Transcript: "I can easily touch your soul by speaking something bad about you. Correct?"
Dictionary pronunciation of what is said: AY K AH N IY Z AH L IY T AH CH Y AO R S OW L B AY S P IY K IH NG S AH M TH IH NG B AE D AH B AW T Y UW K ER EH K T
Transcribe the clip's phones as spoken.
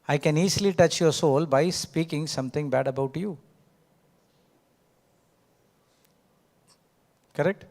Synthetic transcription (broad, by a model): AY K AH N IY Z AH L IY T AH CH Y AO R S OW L B AY S P IY K IH NG S AH M T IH NG B AE D AH B AW T Y UW K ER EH K T